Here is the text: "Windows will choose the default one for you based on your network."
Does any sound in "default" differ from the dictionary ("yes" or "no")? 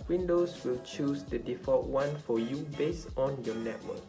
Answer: yes